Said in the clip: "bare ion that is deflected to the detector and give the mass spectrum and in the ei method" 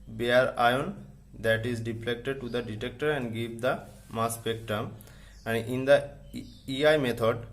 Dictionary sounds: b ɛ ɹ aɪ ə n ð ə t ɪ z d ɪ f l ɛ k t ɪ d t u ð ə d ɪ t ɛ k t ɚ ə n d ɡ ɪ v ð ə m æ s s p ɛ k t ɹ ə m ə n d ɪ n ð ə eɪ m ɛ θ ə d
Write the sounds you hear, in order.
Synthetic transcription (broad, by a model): b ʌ ɹ aɪ ə n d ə t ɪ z d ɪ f l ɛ k t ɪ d t u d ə d ɪ t ɛ k t ɚ ə n d ɡ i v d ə m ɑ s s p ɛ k t ə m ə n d ɪ n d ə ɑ m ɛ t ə d